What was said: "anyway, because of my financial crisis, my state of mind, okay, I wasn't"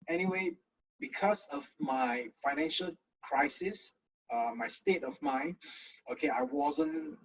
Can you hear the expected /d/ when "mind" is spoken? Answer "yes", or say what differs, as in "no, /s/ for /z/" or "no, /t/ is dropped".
no, /d/ is dropped